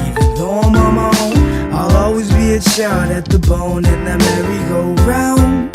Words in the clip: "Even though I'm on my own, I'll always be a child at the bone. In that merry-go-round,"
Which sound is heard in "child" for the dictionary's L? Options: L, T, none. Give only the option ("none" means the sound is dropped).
none